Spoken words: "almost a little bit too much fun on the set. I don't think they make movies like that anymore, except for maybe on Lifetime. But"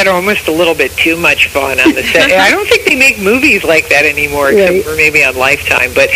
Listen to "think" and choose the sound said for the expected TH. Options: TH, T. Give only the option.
TH